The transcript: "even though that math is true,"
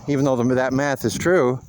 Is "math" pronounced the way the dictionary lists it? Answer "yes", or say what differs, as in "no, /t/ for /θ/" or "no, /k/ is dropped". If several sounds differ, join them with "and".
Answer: yes